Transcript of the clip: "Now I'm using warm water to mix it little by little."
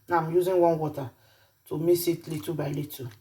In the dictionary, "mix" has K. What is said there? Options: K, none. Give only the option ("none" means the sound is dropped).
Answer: none